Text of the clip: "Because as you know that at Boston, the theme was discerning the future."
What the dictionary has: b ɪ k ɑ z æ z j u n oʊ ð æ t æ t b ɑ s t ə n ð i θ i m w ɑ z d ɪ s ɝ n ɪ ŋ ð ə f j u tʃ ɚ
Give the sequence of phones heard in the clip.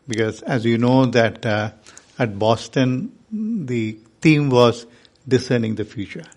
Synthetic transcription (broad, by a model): b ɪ k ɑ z æ z j u n oʊ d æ t æ t b ɑ s t ə n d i t i m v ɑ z d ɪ s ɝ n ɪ ŋ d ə f j u tʃ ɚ